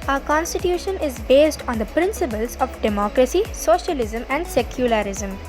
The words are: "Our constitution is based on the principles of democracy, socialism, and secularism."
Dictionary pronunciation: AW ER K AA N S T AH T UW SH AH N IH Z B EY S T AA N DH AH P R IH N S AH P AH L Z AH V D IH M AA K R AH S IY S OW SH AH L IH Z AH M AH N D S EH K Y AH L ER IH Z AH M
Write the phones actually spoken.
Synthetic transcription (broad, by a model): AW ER K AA N S T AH T UW SH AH N IH Z B EY S T AA N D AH P R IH N S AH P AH L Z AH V D IH M AA K R AH S IY S OW SH AH L IH Z AH M AH N D S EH K Y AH L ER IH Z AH M